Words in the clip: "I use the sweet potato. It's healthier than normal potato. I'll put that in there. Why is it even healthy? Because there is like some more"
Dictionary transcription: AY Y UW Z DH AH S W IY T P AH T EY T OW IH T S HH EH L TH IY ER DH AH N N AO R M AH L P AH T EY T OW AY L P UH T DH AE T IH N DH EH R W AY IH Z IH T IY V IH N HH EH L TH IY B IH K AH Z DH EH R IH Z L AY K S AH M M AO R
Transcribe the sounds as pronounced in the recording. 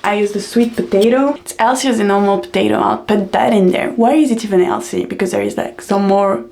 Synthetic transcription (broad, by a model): AY Y UW Z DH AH S W IY T P AH T EY T OW IH T S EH L S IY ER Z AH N N AO R M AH L P AH T EY T OW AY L P UH T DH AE T IH N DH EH R W AY IH Z IH T IY V IH N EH L S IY B IH K AH Z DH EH R IH Z L AY K S AH M M AO R